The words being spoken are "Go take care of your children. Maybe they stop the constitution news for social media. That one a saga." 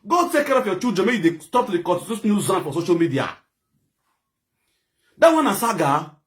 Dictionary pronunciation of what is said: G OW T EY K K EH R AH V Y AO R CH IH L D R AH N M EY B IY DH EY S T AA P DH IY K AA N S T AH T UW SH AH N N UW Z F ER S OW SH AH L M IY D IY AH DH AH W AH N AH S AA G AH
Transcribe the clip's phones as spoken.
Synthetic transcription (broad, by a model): G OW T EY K K EH R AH F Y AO CH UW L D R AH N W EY IY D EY S T AA P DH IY K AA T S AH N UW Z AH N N F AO S OW SH AH L M IY D IY AH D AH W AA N AH S AA G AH